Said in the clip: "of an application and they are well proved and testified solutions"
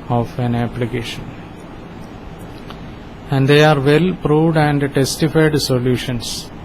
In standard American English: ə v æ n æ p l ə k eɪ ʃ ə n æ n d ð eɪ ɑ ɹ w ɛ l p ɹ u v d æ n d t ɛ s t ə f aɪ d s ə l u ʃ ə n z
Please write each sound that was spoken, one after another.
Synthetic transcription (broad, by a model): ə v æ n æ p l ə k eɪ ʃ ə n æ n d eɪ ɑ ɹ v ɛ l p ɹ u v d æ n d t ɛ s t ə f aɪ d s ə l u ʃ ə n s